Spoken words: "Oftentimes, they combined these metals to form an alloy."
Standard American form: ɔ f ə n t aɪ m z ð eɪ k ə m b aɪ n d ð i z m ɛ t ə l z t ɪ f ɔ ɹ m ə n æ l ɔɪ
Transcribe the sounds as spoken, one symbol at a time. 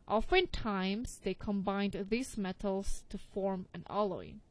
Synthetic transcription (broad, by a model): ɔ f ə n t aɪ m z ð eɪ k ə m b aɪ n d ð i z m ɛ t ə l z t ɪ f ɔ ɹ m ə n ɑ l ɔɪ